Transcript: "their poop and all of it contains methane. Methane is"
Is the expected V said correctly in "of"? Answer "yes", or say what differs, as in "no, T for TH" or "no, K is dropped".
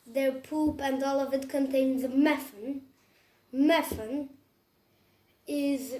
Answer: yes